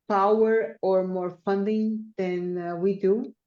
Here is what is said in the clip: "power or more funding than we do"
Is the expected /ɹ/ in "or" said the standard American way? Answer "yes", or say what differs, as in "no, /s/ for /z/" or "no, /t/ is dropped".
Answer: yes